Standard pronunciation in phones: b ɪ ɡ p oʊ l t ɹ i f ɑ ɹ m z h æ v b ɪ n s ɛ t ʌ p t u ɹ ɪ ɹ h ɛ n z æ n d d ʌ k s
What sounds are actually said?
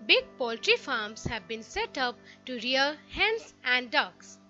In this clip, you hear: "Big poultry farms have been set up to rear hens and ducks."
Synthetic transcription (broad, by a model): b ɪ ɡ p oʊ l t ɹ i f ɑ ɹ m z h æ v b ɪ n s ɛ t ʌ p t u ɹ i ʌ h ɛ n s æ n d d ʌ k s